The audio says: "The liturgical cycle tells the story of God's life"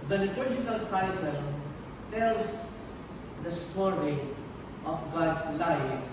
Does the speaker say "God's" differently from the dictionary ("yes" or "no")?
yes